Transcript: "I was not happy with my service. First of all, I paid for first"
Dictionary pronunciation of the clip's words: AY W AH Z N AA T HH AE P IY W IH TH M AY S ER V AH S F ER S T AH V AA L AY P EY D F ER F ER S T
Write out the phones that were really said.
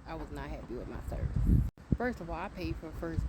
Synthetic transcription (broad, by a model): AY W AH Z N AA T HH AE B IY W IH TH M AY S ER V AH S F ER S T AH V AA L AY P EY D F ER F ER S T